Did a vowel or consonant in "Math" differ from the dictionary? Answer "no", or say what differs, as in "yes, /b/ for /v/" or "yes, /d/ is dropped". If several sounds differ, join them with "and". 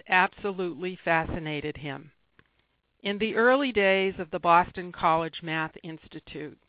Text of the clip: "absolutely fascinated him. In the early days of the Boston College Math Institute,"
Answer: no